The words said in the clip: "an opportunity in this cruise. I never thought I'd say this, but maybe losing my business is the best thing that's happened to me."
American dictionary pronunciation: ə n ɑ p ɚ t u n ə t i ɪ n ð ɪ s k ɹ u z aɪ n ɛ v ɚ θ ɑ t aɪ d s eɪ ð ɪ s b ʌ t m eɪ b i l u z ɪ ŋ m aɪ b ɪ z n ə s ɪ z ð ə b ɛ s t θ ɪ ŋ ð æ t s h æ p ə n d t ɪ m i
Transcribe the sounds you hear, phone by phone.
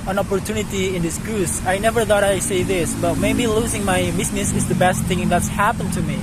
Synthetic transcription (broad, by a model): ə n ɑ p ɚ t u n ə t i ɪ n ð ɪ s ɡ ɹ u s aɪ n ɛ v ɚ θ ɑ t aɪ s eɪ ð ɪ s b ʌ t m eɪ b i l u z ɪ ŋ m aɪ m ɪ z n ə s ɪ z ð ə b ɛ s t θ ɪ ŋ ð æ t s h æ p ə n t ɪ m i